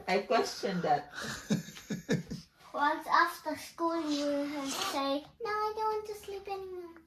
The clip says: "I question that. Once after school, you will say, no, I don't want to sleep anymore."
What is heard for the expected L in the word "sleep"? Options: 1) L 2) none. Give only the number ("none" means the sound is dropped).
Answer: 1